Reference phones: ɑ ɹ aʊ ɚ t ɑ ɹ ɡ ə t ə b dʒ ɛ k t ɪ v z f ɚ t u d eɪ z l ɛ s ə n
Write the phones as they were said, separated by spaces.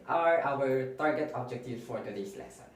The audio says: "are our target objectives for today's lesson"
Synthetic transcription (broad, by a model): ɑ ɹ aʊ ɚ t ɑ ɹ ɡ ə t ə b dʒ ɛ k t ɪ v f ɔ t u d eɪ s l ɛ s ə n